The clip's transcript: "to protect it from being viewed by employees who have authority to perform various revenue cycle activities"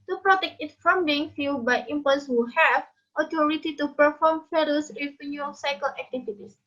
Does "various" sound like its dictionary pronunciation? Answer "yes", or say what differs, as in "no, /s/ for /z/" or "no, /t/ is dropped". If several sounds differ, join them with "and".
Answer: no, /f/ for /v/